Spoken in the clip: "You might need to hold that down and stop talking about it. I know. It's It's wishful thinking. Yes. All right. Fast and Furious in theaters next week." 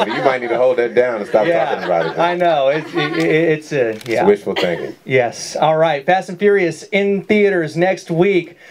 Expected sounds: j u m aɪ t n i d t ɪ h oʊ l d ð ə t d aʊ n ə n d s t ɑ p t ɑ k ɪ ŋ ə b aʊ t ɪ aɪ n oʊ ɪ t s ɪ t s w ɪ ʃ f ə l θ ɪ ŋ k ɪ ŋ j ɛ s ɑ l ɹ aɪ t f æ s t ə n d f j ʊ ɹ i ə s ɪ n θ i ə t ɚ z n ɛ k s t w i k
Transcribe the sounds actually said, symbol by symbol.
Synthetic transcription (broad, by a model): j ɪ m aɪ t n i d t ɪ h oʊ l d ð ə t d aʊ ə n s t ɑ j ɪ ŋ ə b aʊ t ɪ aɪ n oʊ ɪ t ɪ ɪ t s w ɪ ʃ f l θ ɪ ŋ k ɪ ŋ j ɛ s ɑ l ɹ aɪ t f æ s ə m f j ʊ ɹ i ə s ɪ n θ i ə t ɚ z n ɛ k s t w i k